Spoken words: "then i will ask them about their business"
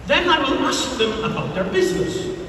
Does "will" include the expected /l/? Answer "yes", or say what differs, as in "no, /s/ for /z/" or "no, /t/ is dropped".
no, /n/ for /l/